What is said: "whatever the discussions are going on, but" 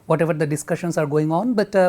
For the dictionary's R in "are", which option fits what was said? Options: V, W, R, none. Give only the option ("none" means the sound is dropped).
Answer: R